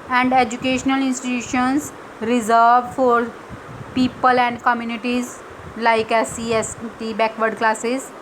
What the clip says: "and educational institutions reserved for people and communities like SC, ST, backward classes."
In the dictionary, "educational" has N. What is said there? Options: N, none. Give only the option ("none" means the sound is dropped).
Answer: N